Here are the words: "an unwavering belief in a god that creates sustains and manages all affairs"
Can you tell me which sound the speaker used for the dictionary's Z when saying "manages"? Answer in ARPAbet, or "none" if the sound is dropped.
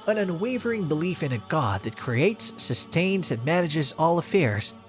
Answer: Z